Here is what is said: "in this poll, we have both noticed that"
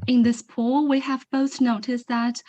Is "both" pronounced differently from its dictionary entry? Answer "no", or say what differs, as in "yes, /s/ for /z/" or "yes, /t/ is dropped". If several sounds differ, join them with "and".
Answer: no